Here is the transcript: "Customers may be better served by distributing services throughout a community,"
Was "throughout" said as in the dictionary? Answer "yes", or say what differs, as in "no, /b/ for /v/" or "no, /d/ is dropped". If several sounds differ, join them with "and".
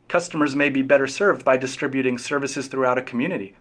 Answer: yes